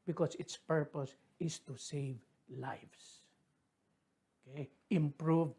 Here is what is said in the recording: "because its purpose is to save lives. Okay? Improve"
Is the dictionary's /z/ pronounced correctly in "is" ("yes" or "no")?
no